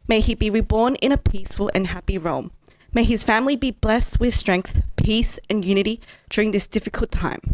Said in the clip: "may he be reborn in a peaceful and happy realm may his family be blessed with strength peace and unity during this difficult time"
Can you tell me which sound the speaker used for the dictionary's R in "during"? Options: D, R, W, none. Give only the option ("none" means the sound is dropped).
R